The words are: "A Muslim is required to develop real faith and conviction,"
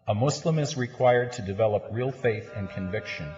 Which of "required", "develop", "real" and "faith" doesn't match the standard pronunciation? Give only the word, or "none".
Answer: none